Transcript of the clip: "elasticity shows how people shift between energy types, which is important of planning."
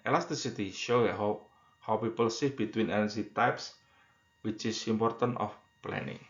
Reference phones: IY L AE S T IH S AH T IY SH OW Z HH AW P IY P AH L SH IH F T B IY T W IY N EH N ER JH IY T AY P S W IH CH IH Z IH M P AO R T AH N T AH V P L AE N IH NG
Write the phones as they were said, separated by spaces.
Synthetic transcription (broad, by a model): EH L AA S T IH S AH T IY SH OW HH HH AW P IY P AH L S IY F B IY T W IY N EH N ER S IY T AY P S W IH CH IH S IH M P AO R T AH N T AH F P L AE N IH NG